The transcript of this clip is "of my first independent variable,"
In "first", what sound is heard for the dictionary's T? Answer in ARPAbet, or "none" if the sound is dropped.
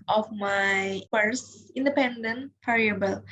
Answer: none